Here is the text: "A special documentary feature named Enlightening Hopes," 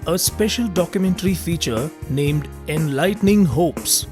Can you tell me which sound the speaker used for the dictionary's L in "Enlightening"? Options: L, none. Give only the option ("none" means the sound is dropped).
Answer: L